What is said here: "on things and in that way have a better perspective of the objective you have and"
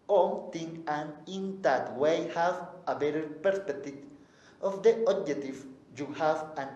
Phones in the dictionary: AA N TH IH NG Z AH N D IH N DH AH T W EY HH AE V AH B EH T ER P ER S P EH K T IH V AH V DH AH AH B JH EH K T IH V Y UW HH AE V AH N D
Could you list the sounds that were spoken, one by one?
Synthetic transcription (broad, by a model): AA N T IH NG AH N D IH N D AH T W EY HH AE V AH B EH T ER P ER S P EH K T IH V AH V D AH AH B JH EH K T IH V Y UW HH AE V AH N